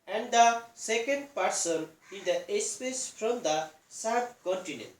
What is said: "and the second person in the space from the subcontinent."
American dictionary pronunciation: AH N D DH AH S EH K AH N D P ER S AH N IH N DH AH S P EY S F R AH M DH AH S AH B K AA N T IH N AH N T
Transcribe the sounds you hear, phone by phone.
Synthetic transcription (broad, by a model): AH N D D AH S EH K AH N D P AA S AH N IH N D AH S P EY S P R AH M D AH S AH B K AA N T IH N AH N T